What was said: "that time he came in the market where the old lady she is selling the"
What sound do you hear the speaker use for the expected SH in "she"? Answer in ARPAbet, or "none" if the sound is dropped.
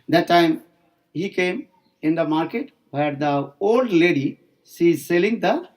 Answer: S